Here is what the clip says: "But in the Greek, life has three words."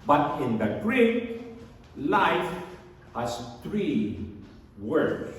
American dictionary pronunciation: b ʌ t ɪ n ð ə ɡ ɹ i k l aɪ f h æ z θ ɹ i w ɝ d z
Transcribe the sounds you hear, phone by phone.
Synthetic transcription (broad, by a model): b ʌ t ɪ n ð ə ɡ ɹ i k l aɪ f h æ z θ ɹ i w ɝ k